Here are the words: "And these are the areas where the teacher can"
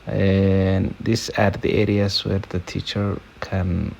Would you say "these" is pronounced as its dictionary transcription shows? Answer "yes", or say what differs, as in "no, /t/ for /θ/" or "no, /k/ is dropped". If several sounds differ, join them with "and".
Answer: no, /s/ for /z/